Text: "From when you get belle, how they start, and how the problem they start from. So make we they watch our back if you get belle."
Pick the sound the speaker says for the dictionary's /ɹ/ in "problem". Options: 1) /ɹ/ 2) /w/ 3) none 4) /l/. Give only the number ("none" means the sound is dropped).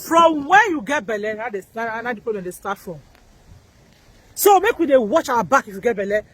3